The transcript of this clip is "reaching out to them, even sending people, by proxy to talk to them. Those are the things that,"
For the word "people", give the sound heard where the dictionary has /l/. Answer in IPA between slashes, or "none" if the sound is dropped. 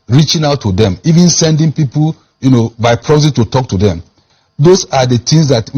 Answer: /n/